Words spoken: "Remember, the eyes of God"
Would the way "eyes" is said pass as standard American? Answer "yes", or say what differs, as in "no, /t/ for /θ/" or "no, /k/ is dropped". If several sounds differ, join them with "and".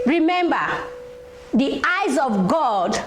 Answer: yes